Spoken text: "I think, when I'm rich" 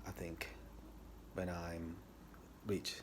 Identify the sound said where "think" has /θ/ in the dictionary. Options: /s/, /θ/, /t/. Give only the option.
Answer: /θ/